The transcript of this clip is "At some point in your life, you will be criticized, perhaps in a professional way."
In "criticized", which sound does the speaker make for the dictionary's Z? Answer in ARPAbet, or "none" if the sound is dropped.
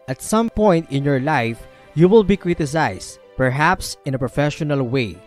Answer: S